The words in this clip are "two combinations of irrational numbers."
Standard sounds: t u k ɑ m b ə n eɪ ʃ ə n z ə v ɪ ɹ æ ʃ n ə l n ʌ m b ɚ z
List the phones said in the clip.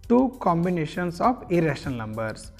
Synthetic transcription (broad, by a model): t u k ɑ m b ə n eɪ ʃ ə n s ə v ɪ ɹ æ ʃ ə n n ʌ m b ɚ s